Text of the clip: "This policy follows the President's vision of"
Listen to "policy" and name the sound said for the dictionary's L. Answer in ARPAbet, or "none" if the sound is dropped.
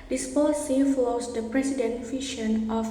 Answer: L